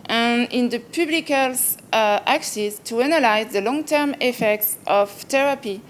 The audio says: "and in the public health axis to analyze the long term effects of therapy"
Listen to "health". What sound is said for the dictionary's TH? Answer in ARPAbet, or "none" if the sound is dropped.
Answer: S